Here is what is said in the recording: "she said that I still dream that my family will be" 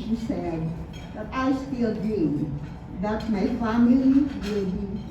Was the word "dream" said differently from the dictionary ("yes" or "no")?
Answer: yes